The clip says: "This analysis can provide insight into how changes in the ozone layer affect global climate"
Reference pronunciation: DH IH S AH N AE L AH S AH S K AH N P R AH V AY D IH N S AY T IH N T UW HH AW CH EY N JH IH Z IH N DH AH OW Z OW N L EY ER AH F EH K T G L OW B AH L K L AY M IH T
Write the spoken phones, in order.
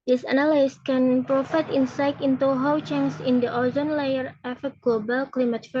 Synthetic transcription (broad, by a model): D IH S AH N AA L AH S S K AH N P R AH F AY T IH N S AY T IH N T UW HH AW CH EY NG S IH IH N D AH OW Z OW N L EY ER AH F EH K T G L OW B AH L K L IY M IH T